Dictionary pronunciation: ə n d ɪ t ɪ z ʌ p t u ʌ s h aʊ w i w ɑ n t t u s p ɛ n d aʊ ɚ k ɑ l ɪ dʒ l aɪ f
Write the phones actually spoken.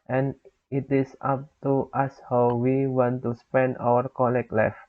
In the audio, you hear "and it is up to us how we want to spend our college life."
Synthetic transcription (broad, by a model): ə n ɪ t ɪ s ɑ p t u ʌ s h aʊ w i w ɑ n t t u s p ɛ n d aʊ ɚ k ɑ l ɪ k l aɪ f